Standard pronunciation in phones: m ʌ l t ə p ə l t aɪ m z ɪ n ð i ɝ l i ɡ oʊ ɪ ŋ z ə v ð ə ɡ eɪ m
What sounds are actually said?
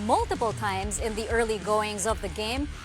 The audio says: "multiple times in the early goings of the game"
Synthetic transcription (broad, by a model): m ʌ l t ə p l t aɪ m z ɪ n ð i ɝ l i ɡ oʊ ɪ ŋ z ə v ð ə ɡ eɪ m